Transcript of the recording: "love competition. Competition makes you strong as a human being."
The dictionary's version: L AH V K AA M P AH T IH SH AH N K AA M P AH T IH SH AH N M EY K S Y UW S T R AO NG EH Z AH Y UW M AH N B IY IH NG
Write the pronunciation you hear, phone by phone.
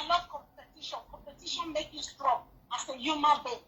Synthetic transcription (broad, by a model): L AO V K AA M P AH T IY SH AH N K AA M P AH T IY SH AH N M EY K Y UW S T R AO NG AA S AH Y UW M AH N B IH